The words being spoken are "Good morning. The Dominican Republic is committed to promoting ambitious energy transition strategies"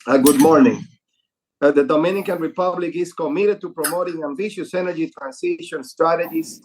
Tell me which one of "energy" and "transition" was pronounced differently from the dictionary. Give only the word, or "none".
transition